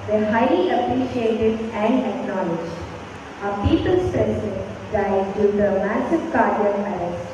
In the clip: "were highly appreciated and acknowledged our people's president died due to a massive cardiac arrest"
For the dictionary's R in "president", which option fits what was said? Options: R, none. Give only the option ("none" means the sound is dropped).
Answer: none